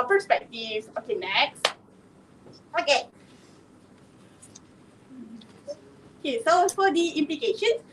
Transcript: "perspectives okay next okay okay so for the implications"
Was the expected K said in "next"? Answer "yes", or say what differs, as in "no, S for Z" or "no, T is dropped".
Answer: yes